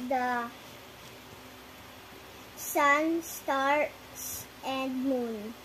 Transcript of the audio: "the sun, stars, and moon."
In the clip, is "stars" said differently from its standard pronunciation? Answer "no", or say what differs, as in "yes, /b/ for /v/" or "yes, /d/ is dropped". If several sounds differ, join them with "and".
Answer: yes, /s/ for /z/